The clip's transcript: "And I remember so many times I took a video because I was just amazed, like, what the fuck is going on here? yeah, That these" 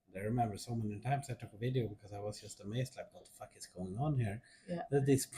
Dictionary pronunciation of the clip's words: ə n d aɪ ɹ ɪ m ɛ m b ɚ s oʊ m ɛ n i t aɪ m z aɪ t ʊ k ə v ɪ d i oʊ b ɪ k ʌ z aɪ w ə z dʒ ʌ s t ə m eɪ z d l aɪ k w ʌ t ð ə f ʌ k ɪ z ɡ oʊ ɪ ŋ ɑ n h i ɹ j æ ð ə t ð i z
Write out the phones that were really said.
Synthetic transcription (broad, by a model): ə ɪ ɹ ɪ m ɛ m b ɚ s oʊ m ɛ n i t aɪ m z aɪ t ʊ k ə v ɪ d i oʊ b ɪ k ʌ z aɪ w ə z dʒ ʌ s t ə m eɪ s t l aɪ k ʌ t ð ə f ʌ k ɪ s ɡ oʊ ɪ ŋ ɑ n h i ɹ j ð ə t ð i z